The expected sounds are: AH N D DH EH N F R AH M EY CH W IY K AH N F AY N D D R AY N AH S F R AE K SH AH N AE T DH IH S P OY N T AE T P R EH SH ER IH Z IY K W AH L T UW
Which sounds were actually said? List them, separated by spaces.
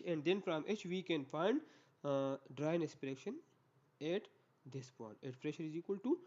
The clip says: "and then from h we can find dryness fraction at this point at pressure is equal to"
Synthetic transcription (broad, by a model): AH N D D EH N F R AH M EY CH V IY K AH N F AY N D D R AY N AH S P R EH K SH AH N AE T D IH S P OY N T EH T F R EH SH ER IH Z IY K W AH L T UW